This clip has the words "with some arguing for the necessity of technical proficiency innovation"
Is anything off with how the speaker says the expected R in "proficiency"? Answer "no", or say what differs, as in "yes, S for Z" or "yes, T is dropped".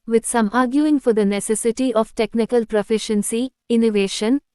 no